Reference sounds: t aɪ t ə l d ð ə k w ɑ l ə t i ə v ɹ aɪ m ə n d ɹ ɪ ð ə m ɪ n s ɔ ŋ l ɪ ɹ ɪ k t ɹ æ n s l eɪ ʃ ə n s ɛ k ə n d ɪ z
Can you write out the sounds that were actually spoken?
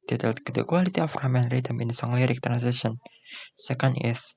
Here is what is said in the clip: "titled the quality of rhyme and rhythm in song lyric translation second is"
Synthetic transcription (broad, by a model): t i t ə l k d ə k w ɑ l ə t i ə f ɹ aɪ m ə n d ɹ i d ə m ɪ n s ɔ ŋ l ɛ ɹ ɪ k t ɹ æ n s eɪ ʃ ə n s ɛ k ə n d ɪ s